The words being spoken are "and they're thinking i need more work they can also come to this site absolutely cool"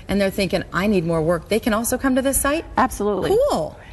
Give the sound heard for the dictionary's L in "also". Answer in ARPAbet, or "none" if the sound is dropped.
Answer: L